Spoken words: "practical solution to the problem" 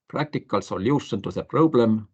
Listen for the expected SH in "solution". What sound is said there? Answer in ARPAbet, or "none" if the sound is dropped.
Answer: S